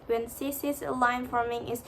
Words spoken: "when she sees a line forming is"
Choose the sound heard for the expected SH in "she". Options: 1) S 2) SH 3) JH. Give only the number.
1